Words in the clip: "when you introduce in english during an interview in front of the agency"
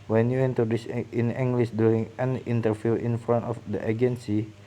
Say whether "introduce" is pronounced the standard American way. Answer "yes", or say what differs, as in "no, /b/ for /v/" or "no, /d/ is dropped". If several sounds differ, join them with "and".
no, /ɹ/ is dropped